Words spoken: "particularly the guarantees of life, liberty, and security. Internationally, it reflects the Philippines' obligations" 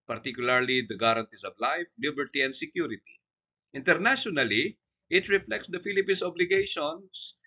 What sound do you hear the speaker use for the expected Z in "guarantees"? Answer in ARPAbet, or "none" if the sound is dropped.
S